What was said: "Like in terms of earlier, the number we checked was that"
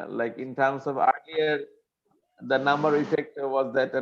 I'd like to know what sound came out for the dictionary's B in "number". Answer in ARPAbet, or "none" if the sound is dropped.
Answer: B